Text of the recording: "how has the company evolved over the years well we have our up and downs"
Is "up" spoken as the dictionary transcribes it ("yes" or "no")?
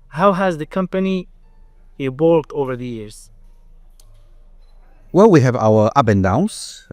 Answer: no